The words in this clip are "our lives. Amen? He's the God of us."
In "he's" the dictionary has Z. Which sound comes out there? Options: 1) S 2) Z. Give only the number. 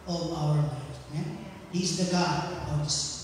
2